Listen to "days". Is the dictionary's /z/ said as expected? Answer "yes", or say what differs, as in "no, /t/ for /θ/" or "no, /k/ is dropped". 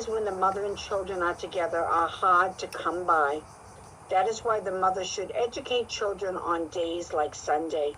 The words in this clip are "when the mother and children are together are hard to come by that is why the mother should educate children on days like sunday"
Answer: yes